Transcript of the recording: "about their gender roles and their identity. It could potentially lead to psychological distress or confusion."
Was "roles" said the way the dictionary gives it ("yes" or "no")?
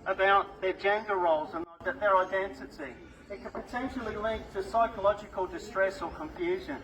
yes